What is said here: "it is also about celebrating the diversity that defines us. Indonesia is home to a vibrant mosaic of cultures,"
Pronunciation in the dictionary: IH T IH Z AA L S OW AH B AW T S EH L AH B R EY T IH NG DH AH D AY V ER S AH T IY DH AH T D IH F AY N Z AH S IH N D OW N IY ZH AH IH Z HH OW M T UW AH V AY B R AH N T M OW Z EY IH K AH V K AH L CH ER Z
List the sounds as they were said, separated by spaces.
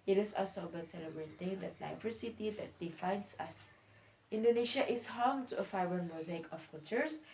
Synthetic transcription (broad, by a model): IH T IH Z AA L S OW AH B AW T S EH L AH B R EY T IH NG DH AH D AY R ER S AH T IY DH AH T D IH F AY N S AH S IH N D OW N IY SH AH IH S HH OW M T UW AH F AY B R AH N M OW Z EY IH K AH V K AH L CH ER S